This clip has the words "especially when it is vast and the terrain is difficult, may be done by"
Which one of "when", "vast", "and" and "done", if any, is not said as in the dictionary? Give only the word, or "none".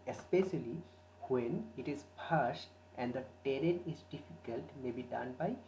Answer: vast